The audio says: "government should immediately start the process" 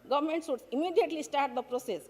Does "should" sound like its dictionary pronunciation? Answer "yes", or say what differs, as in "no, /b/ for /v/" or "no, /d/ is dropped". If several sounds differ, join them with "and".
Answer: no, /s/ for /ʃ/